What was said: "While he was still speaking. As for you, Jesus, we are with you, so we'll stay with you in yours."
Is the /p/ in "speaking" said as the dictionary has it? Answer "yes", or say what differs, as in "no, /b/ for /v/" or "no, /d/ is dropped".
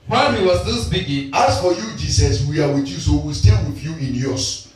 no, /b/ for /p/